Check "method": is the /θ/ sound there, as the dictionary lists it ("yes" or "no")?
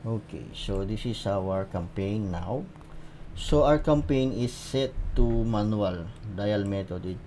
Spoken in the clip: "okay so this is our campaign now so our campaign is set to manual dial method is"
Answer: no